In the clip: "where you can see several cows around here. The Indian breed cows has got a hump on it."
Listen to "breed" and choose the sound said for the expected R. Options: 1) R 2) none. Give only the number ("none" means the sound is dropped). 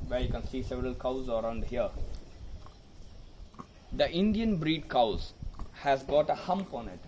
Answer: 1